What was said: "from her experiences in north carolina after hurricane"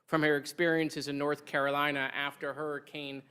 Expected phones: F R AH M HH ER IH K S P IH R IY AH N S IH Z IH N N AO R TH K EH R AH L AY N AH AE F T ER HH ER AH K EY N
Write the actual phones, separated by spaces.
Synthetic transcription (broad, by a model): F R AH M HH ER IH K S P IH R IY AH N S IH Z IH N N AO R TH K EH R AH L AY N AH AE F T ER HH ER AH K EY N